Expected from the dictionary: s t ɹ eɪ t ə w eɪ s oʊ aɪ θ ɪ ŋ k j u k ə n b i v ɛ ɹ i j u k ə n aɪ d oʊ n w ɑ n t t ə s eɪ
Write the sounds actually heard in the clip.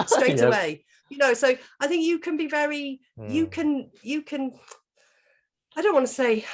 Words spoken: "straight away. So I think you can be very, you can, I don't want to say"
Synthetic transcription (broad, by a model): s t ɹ eɪ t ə w eɪ s oʊ aɪ θ ɪ ŋ k j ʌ k ə n b i v ɛ ɹ i j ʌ k ə n aɪ d oʊ n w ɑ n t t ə s eɪ